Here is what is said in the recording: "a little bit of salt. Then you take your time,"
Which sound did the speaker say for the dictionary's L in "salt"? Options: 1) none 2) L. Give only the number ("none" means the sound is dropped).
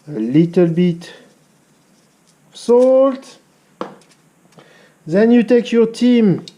2